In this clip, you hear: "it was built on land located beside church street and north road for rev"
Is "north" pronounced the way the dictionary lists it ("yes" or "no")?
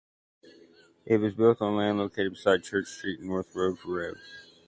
yes